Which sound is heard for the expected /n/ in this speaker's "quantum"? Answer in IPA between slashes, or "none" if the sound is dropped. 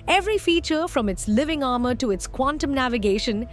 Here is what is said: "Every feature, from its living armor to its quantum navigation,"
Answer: /n/